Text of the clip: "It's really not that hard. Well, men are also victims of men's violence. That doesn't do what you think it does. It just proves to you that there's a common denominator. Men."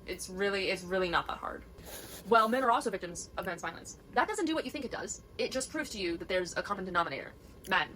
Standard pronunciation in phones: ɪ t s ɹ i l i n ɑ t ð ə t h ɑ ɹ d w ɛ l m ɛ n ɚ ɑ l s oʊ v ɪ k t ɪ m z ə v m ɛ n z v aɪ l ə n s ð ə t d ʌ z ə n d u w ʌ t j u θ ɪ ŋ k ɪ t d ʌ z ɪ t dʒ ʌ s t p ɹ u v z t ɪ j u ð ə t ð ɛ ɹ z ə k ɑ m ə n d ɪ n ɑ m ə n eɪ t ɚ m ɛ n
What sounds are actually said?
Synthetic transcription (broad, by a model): ɪ t s ɹ i l i n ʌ t ð ə t h ɑ ɹ d w ɛ l m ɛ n ɚ ɑ l s oʊ v ɪ k t ɪ m z ə v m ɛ n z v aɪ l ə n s ð ə t d ʌ z ə n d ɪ w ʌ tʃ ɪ θ ɪ ŋ k ɪ t d ʌ z ɪ t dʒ ʌ s p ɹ u v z t ɪ j u ð ə t ð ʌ ɹ z ə k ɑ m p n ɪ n ɑ m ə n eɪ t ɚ m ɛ n